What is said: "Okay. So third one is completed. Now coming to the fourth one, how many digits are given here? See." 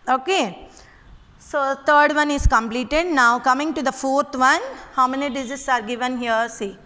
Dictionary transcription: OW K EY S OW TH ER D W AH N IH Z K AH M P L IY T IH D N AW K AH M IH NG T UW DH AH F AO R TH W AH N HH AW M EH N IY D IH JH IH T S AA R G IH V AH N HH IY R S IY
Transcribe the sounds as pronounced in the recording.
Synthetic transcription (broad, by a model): OW K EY S OW T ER D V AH N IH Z K AH M P L IY T IH D N AW K AH M IH NG T UW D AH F AO R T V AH N HH AW M EH N IY D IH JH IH S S AA R G IH V AH N HH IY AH S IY